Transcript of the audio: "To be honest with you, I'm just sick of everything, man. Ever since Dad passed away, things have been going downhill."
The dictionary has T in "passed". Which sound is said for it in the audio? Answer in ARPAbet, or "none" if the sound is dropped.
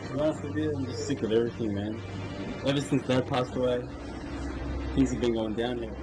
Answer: T